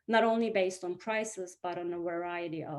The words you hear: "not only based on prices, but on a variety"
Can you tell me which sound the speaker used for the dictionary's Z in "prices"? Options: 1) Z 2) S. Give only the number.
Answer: 1